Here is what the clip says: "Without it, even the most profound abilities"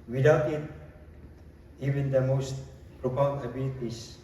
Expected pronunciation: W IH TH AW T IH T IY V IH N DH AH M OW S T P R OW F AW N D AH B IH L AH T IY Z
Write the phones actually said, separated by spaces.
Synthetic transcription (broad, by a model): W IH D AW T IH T IY V IH N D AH M OW S T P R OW P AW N AH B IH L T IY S